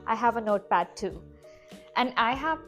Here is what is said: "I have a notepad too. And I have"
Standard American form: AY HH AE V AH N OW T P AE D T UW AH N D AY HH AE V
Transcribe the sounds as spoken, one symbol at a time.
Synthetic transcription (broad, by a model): AY HH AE V AH N OW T B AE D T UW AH N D AY HH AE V